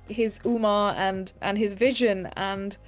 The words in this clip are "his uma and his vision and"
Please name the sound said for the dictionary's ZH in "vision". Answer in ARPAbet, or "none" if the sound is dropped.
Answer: ZH